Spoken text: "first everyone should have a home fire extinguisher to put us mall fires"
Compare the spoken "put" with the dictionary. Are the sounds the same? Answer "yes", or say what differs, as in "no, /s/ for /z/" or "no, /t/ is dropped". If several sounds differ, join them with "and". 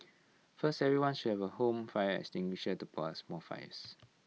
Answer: no, /t/ is dropped